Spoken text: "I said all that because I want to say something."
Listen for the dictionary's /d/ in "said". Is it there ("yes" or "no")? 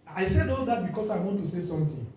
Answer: yes